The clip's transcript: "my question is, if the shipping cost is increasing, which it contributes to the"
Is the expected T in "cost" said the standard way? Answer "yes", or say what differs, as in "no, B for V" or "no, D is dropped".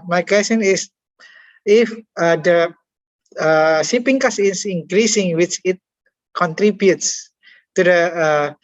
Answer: no, T is dropped